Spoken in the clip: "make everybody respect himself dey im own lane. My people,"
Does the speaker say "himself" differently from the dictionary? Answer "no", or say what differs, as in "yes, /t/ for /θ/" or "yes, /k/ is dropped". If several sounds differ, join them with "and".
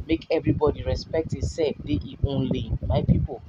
yes, /m/ is dropped